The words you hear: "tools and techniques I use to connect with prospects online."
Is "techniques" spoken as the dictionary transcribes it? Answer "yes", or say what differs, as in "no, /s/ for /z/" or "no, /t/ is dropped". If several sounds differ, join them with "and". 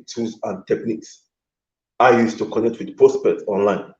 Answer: yes